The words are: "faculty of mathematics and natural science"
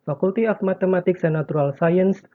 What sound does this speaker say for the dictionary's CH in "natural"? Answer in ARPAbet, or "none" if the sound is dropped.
none